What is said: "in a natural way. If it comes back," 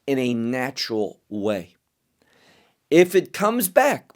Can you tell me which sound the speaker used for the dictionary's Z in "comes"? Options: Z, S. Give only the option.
Z